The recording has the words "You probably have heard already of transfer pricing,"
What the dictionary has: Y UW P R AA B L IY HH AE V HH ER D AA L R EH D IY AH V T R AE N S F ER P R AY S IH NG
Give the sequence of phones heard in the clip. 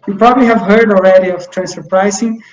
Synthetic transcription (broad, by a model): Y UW P R AA B L IY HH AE V HH ER D AA L R EH D IY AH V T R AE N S ER P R AY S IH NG